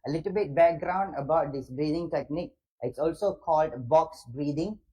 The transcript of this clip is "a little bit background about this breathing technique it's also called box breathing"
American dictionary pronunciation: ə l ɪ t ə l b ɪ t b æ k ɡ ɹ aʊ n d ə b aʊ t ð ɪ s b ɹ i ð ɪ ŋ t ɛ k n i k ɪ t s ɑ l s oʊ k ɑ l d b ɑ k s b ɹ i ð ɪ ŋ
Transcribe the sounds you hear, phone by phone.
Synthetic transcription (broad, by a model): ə l ɪ t ə l b ɪ t b æ k ɡ ɹ aʊ n d ə b aʊ t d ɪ s b ɹ i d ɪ ŋ t ɛ k n i k ɪ t s ɑ l s oʊ k ɑ l d b ɑ k s b ɹ i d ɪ ŋ